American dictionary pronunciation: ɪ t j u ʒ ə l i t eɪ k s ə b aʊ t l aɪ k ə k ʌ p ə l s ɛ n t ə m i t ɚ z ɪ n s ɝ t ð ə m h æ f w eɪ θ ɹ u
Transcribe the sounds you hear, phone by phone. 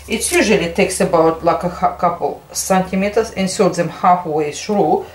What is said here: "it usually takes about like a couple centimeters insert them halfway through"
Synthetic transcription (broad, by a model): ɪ t j u ʒ ə l i t eɪ k s ə b aʊ t l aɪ k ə k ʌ p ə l s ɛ n t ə m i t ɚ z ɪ n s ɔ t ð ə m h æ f w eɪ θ ɹ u